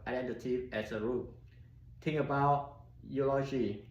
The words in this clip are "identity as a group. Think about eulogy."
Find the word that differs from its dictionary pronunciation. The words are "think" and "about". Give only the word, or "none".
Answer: think